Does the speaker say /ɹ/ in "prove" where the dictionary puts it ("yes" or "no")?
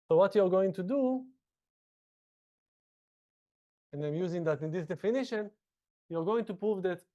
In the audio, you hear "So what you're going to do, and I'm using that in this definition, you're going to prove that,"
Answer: yes